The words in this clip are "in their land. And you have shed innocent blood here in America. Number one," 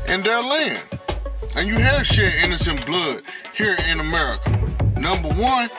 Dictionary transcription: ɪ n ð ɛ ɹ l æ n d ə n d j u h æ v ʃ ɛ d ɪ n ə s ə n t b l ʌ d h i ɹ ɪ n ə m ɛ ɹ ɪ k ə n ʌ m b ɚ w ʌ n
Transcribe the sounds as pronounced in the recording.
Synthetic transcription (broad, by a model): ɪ n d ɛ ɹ l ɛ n ə n j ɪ h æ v ʃ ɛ ɪ n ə s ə n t b l ʌ d h i ɹ ɪ n ə m ɛ ɹ ɪ k ə n ʌ m b ɚ w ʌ n